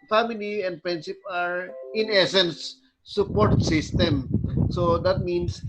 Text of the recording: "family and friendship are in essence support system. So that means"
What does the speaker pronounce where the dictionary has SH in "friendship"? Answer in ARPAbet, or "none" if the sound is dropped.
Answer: S